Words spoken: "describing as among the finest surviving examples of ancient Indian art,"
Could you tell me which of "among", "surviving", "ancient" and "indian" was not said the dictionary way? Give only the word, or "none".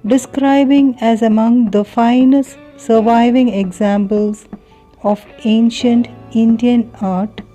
none